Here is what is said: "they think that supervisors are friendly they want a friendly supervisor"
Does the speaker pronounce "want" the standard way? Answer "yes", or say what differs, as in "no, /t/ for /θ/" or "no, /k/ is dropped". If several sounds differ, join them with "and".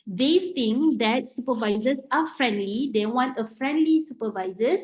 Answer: yes